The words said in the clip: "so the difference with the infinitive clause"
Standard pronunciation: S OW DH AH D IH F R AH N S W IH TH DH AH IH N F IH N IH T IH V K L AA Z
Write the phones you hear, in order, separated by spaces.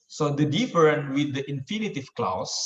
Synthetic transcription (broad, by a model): S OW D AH D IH F R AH N W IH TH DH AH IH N F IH N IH T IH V K L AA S